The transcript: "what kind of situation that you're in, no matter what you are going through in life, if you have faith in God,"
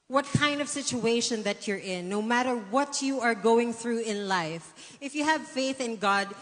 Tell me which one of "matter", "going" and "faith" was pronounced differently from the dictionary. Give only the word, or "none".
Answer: none